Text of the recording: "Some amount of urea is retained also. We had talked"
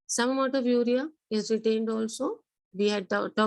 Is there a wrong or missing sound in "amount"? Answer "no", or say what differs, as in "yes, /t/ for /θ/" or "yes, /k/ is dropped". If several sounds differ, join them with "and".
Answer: yes, /n/ is dropped